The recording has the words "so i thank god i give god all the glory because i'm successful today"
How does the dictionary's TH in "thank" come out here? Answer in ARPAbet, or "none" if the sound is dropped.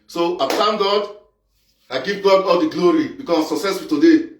T